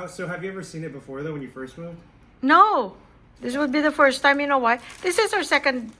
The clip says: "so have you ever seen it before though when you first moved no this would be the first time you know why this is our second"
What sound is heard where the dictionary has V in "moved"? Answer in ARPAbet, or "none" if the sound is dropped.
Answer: none